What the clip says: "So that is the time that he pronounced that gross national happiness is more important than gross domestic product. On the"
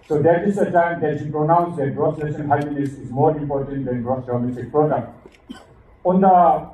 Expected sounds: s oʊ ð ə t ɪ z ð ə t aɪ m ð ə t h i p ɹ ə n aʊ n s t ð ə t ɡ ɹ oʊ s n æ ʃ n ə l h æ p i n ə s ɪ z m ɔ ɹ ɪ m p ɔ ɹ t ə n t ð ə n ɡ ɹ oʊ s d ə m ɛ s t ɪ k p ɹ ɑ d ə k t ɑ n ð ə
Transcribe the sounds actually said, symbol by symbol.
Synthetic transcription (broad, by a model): s oʊ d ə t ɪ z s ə t aɪ m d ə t h i p ɹ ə n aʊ n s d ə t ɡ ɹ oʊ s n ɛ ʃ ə n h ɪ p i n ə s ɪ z m ɔ ɹ ɪ m p ɔ ɹ t ə n t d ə n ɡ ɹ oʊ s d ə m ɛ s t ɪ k p ɹ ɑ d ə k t ɑ n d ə